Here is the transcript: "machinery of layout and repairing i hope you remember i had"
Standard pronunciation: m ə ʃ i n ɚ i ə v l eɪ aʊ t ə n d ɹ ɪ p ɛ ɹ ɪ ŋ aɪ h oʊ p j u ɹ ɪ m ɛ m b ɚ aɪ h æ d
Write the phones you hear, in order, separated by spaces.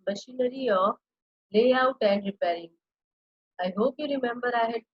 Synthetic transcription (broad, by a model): m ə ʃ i n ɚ i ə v l eɪ aʊ t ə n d ɹ ɪ p ɛ ɹ ɪ ŋ aɪ h oʊ p j u ɹ ɪ m ɛ m b ɚ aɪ h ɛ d